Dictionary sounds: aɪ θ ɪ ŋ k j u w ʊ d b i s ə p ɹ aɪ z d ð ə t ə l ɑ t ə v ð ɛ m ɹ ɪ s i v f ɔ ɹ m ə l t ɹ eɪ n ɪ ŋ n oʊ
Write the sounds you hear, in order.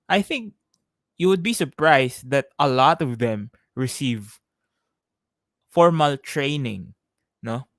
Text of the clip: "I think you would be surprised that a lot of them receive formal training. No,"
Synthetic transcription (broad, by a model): aɪ θ ɪ ŋ k j u w ʊ d b i s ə p ɹ aɪ s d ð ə t ə l ɑ t ə v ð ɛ m ɹ ɪ s i v f ɔ ɹ m ə l t ɹ eɪ n ɪ ŋ n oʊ